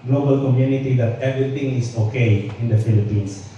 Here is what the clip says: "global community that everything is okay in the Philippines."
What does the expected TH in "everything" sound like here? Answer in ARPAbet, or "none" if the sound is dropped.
T